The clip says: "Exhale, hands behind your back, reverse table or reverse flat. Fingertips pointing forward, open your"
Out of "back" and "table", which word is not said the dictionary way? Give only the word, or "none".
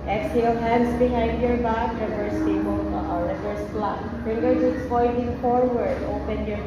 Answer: table